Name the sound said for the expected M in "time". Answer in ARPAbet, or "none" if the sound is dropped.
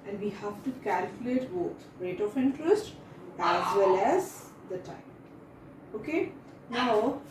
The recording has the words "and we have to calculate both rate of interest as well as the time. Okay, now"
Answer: none